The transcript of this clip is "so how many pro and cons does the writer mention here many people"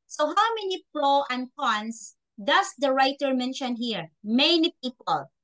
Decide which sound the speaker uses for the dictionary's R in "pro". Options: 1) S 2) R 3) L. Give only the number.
3